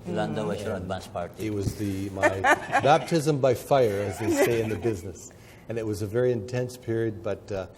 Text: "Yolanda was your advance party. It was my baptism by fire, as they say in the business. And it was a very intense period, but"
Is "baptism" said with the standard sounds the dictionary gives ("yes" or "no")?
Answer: yes